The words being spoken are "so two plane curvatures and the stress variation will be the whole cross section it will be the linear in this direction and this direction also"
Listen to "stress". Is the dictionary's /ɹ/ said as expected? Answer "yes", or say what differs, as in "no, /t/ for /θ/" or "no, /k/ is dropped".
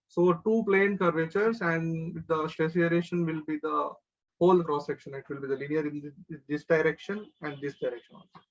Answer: no, /ɹ/ is dropped